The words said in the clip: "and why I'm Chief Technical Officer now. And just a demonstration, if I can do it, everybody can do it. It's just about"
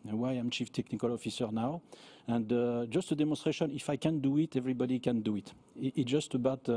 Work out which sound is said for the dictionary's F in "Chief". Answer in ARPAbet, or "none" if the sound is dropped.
F